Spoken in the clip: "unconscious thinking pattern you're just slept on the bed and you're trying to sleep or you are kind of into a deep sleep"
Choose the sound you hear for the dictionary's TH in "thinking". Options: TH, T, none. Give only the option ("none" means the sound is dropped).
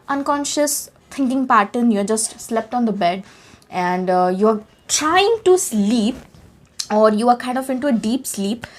T